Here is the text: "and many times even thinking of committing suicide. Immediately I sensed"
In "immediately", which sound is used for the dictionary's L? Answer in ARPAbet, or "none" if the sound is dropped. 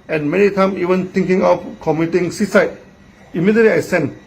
L